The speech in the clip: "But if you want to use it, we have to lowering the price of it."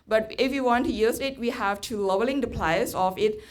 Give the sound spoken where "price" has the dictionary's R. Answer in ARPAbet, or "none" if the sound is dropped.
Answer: L